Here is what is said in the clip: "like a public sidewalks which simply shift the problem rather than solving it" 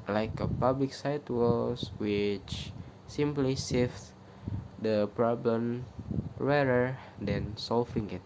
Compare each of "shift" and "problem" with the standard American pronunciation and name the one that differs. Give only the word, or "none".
shift